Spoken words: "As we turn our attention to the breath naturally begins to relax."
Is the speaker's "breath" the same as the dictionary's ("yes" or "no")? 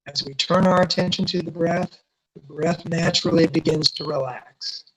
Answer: yes